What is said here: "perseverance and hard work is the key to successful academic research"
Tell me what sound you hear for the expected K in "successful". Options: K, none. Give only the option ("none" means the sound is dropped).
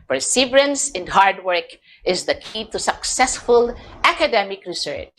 K